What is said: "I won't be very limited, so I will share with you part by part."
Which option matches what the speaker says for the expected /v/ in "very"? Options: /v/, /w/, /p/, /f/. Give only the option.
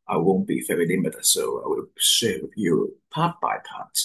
/f/